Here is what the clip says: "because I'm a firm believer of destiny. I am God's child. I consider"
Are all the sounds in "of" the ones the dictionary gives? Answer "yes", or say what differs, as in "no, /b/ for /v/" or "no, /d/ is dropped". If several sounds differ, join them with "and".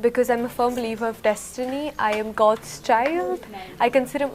yes